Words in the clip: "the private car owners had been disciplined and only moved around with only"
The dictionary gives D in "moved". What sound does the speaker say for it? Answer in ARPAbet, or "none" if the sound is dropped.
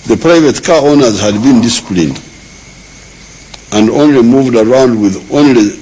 D